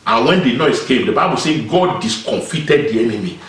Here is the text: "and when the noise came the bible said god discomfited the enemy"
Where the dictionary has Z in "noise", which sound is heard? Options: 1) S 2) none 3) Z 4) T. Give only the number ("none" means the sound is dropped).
1